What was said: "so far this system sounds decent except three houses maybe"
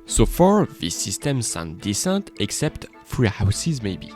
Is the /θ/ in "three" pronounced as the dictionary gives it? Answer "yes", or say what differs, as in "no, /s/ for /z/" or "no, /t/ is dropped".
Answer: no, /f/ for /θ/